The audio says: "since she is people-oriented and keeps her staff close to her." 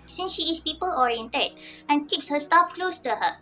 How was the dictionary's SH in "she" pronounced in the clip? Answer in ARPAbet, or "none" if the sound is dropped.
SH